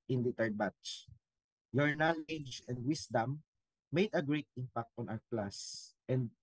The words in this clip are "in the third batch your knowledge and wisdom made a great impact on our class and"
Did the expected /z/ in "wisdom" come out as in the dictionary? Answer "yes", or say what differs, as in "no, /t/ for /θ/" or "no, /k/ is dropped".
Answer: no, /s/ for /z/